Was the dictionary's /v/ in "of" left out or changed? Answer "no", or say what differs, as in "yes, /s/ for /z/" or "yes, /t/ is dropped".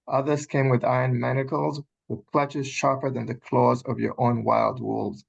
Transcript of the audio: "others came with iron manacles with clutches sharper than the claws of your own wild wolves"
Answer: no